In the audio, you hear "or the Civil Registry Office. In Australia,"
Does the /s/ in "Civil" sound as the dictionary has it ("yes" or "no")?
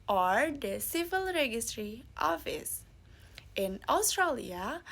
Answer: yes